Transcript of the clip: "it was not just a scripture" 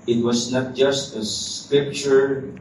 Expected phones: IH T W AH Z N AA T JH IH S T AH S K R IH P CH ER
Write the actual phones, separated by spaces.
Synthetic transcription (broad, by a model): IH T W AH S N AA T JH IH S T AH S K R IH P CH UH